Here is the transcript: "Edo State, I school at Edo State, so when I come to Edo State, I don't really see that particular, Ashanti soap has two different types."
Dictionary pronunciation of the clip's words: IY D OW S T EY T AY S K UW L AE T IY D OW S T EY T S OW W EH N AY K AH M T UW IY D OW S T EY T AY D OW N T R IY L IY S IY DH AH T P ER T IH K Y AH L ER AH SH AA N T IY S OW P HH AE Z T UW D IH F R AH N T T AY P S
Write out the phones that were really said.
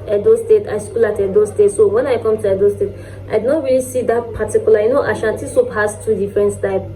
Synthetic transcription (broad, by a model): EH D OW S T EY T AY S K UW L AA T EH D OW S T EY T S OW W EH N AY K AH M T UW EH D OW S T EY T AY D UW N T R IY L IY S IY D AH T P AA T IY K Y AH L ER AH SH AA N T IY S OW P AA S T UW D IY F R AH N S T AY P